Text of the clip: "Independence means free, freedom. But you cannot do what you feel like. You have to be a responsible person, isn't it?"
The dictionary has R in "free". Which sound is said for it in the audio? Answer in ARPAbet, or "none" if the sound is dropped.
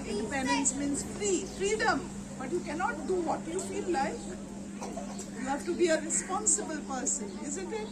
R